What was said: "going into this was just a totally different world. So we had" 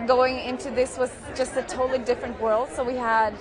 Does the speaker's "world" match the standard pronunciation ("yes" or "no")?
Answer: yes